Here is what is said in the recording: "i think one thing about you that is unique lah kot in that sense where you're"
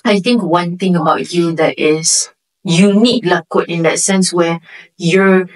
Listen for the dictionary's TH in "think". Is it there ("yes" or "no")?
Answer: no